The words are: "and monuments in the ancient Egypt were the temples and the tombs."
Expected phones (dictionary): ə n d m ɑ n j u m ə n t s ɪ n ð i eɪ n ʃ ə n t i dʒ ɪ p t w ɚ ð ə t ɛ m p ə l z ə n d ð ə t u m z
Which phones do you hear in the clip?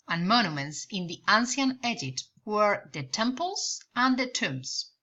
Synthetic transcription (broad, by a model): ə n m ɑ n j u m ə n t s ɪ n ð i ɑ n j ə n ɛ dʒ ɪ t w ɚ ð ə t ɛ m p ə l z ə n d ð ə t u m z